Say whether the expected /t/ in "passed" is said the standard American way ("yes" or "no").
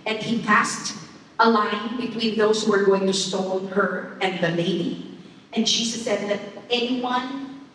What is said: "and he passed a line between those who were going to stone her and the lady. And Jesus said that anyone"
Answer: yes